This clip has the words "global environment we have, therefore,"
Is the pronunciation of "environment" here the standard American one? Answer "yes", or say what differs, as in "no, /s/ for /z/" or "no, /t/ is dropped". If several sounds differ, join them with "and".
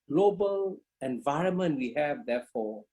yes